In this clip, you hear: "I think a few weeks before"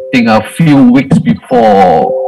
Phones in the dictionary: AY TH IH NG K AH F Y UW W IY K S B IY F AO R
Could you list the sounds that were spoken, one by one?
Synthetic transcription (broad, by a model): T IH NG AH F Y UW W IY K S B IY F AO